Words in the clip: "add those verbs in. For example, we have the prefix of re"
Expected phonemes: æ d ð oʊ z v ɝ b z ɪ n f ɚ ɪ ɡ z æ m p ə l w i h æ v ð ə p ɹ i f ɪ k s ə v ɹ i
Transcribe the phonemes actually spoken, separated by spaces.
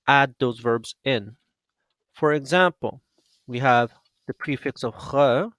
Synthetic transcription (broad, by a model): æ d ð oʊ z v ɝ b z ɪ n f ɚ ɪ ɡ z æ m p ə l w i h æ v ð ə p ɹ i f ɪ k s ə v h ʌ